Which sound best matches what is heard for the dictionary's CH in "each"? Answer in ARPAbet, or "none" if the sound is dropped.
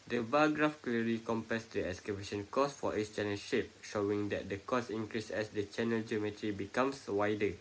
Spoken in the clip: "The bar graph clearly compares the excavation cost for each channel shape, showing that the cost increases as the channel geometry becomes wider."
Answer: S